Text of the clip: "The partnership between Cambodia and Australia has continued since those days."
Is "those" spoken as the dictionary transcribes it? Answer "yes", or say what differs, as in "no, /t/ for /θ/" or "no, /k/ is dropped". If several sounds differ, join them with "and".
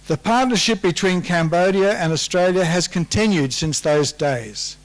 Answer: yes